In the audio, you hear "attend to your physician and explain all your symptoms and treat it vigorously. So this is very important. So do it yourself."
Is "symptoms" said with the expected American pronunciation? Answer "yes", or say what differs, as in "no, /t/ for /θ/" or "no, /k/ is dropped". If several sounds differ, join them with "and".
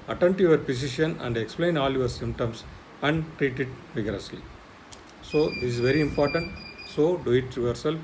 no, /s/ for /z/